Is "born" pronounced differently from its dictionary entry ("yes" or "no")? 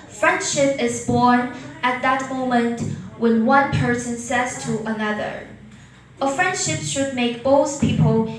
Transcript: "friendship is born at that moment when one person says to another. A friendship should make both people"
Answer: no